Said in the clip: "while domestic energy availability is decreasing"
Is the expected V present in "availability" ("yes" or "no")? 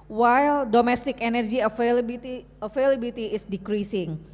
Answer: no